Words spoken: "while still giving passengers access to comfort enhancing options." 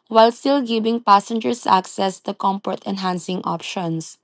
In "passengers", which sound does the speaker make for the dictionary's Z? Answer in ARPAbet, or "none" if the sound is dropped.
S